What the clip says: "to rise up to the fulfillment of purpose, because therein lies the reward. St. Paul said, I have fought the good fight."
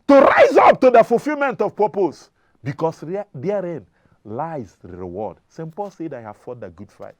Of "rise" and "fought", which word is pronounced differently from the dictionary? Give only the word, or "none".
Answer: none